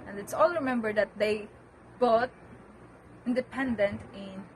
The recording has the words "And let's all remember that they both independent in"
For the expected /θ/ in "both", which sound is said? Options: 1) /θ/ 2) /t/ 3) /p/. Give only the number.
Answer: 2